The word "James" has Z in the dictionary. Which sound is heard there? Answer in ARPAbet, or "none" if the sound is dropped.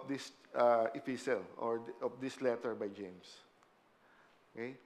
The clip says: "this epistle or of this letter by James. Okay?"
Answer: S